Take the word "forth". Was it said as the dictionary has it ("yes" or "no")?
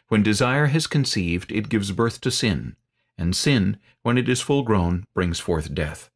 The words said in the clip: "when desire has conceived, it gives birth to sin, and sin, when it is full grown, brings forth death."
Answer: yes